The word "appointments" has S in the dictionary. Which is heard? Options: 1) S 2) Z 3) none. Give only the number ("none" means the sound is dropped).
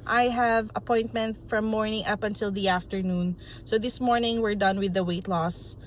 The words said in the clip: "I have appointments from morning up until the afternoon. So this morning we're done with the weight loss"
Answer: 3